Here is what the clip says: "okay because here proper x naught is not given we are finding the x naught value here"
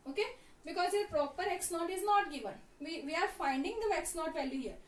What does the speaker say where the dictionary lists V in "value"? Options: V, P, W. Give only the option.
P